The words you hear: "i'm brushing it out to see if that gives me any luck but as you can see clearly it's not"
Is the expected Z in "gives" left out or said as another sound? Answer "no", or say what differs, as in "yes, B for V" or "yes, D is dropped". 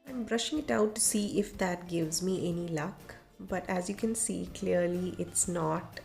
no